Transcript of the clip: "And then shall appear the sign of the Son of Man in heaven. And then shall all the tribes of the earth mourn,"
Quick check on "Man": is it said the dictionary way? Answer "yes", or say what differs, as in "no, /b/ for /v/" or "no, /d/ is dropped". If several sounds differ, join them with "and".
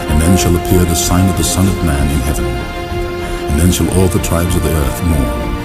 yes